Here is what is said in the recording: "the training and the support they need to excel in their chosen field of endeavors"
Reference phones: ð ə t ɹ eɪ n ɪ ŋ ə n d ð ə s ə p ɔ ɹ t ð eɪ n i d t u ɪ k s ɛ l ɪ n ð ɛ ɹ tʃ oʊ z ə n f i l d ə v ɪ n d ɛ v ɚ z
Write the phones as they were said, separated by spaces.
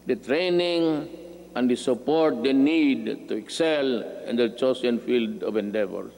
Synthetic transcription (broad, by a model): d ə t ɹ eɪ n ɪ ŋ ə n d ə s ə p ɔ ɹ t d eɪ n i d t u ɪ k s ɛ l ɪ n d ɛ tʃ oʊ s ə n f i l d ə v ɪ n d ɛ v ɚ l